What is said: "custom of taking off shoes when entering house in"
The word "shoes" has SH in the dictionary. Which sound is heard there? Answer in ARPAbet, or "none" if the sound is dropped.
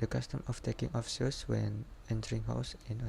S